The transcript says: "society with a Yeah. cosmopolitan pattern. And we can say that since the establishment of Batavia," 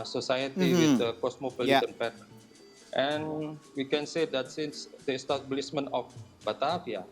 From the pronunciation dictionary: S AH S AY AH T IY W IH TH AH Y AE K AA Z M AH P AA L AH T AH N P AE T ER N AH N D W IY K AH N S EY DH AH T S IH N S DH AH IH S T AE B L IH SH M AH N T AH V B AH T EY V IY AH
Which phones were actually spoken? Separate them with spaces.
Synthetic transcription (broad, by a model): S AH S AY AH T IY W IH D AH K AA S M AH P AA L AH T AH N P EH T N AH N W IY K AH N S EY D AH T S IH N S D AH S T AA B L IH S M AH N AH F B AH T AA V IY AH